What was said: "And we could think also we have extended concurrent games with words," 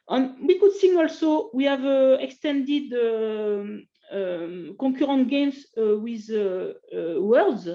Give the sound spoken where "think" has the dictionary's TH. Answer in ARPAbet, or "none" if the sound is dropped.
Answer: S